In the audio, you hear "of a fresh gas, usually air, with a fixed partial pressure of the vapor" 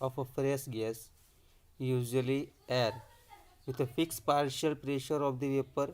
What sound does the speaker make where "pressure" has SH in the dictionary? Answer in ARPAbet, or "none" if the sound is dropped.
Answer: SH